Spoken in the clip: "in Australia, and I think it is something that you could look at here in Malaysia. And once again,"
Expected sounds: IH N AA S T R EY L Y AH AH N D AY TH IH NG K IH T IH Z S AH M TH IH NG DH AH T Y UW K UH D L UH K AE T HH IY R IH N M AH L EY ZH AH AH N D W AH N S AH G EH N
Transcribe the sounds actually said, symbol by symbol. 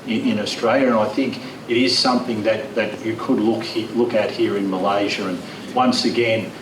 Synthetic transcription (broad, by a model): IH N AA S T R EY L Y AH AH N AY TH IH NG K IH T IH Z S AH M TH IH NG DH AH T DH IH K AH D L UH K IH T HH IY R IH N M AH L EY ZH AH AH N W AH N S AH G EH N